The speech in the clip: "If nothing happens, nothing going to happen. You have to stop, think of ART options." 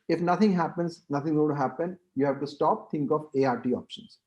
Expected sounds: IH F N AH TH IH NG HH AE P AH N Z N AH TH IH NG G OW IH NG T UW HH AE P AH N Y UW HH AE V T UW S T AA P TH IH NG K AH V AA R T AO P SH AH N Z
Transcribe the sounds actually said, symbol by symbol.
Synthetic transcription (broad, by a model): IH F N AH T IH NG HH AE P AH N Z N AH T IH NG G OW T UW HH AE P AH N Y UW HH AE V T UW S T AA P T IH NG K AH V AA R T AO P SH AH N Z